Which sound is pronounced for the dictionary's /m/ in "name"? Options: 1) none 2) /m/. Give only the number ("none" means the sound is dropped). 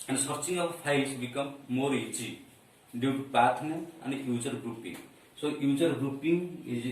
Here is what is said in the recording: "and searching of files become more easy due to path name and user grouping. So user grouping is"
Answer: 1